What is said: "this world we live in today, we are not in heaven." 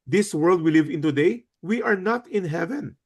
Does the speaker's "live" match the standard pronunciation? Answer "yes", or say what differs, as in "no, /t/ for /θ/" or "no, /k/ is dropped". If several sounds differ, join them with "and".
yes